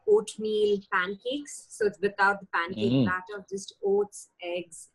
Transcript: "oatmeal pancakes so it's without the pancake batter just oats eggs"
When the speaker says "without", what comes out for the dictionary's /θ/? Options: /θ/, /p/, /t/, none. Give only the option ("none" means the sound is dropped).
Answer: /t/